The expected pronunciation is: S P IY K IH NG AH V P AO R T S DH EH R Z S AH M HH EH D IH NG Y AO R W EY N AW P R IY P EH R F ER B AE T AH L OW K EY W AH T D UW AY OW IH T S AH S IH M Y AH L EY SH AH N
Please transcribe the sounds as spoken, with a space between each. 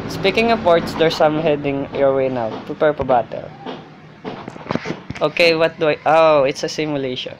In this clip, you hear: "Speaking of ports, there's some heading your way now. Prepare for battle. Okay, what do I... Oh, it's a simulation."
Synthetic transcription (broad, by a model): S P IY K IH NG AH P AO R T S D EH R S AH M HH EH D IH NG Y AO R W EY N AW P R IY P EH R P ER B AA T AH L OW K EY W AH T D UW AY OW IH T S AH S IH M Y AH L EY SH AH N